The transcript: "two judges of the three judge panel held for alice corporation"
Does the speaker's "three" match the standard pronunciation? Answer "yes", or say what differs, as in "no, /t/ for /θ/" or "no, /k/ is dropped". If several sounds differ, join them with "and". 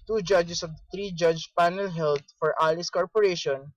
no, /t/ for /θ/